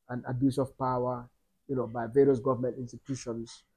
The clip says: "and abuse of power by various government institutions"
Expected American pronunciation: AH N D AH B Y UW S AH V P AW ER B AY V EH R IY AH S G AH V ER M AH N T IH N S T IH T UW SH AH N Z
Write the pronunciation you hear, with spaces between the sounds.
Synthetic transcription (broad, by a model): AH N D AH B Y UW S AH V P AW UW B AY V EH R IY AH S G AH V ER M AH N T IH N S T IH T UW SH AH N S